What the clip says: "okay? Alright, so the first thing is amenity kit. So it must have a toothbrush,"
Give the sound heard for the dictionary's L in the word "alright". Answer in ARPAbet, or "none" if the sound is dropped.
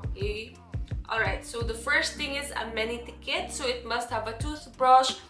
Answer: L